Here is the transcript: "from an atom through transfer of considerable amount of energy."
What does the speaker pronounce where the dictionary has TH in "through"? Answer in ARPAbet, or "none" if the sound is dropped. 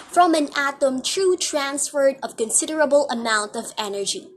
T